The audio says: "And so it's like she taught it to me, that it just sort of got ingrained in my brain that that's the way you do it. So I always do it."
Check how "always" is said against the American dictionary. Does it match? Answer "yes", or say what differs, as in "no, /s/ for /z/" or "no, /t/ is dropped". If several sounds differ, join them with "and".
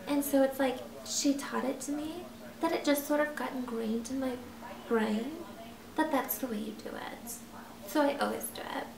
yes